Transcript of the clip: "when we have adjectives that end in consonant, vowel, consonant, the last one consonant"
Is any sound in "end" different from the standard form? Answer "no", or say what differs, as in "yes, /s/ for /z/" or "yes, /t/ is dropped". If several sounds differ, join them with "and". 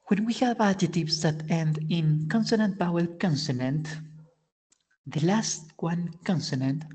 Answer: no